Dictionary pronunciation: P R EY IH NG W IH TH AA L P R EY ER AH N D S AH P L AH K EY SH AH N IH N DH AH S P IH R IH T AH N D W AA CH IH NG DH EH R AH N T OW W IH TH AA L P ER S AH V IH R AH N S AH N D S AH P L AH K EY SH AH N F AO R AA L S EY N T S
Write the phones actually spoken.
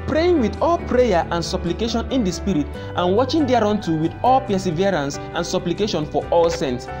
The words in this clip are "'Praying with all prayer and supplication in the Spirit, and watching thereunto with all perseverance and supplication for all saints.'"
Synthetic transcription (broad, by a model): P R EY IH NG W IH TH AA L P R EY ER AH N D S AH P L AH K EY SH AH N IH N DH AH S P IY R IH T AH N W AA CH IH NG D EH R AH N T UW W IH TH AA L P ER S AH V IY R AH N S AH N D S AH P L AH K EY SH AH N F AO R AA L S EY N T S